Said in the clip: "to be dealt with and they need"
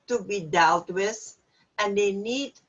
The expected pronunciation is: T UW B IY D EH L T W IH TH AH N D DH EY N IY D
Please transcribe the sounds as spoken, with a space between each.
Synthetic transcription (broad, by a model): T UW B IY D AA W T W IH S AH N D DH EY N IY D